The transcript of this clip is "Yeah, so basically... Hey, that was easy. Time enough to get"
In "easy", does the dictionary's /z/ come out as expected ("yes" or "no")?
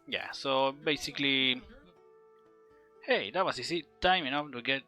no